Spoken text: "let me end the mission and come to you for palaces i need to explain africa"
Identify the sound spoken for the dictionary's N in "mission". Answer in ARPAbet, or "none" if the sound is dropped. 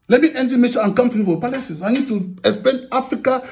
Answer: none